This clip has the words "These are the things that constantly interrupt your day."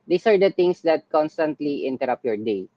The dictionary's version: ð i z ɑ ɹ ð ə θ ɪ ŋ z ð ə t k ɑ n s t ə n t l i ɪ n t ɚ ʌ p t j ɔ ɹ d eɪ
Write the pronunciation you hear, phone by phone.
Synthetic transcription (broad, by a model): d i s ɑ ɹ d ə t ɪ ŋ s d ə t k ɑ n s t ə n t l i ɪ n t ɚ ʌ p j ɔ ɹ d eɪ